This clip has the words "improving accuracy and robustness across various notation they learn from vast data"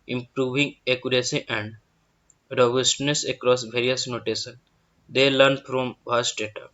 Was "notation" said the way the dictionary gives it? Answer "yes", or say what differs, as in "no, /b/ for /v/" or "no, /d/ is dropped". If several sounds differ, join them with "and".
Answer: no, /s/ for /ʃ/